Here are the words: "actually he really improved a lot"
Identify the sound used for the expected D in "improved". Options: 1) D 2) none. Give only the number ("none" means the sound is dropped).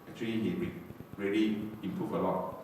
2